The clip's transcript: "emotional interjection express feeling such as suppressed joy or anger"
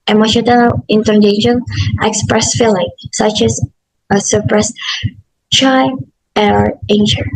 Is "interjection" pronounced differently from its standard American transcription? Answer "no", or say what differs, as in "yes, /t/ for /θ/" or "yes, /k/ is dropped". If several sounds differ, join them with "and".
yes, /k/ is dropped